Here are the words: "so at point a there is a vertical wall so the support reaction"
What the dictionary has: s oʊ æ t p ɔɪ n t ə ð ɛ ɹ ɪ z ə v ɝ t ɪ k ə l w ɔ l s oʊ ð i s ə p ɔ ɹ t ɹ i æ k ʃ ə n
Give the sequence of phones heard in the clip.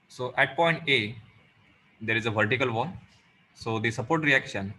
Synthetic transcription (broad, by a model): s oʊ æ t p ɔɪ n t ə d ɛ ɹ ɪ z ə v ɝ t ɪ k ə l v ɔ n s oʊ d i s ə p ɔ ɹ t ɹ i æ k ʃ ə n